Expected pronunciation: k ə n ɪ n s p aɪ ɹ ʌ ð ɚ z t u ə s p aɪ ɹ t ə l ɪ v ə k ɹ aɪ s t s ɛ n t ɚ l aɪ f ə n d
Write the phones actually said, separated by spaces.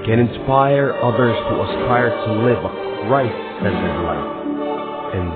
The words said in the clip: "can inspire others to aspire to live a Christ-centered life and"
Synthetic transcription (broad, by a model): k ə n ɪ n s p aɪ ɹ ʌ ð ɚ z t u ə s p aɪ ɹ t ə l ɪ v ɹ aɪ t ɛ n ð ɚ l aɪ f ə n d